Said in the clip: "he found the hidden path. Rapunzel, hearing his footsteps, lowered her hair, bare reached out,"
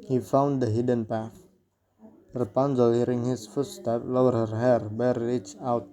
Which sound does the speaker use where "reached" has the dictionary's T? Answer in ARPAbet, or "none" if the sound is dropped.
none